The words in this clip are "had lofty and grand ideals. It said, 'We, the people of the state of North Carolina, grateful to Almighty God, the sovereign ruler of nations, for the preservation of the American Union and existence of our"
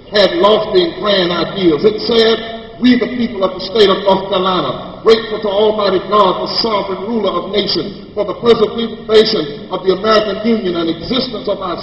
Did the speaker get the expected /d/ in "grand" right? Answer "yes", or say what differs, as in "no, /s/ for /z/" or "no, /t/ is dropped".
no, /d/ is dropped